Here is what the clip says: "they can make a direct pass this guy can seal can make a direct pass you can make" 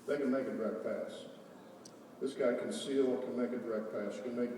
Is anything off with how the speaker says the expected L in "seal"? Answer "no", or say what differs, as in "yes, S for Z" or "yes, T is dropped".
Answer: yes, W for L